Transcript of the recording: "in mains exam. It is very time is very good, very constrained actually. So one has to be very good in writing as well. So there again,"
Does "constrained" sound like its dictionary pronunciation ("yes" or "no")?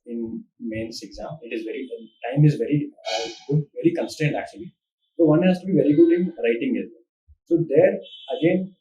no